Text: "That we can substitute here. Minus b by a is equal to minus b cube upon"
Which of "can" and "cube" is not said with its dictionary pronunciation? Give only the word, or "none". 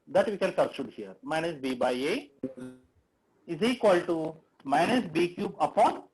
none